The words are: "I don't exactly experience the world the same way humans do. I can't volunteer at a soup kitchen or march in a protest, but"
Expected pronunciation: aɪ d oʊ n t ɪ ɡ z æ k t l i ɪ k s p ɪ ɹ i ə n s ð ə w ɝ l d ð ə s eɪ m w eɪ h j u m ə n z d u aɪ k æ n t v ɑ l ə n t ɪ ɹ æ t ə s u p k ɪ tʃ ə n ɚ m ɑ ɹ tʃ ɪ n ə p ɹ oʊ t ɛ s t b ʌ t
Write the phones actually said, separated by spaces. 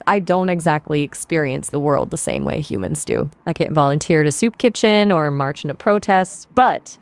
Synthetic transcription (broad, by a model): aɪ d oʊ n t ɪ ɡ z æ k t l i ɪ k s p ɪ ɹ i ə n s ð ə w ɝ l d ð ə s eɪ m w eɪ h j u m ə n z d u aɪ k æ n t v ɑ l ə n t ɪ ɹ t ə s u p k ɪ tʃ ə n ɚ m ɑ ɹ tʃ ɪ n ə p ɹ oʊ t ɛ s t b ʌ t